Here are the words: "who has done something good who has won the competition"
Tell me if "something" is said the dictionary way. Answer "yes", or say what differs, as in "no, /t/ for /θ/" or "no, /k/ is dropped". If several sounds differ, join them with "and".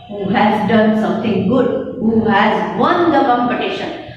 no, /t/ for /θ/